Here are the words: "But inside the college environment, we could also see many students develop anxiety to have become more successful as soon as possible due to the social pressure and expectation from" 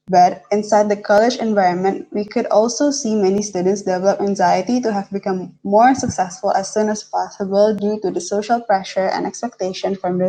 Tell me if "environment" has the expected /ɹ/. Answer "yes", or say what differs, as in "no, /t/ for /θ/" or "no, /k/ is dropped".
yes